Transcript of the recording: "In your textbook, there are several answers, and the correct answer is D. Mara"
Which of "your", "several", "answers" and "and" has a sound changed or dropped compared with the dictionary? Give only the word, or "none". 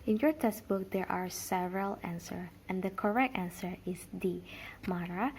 answers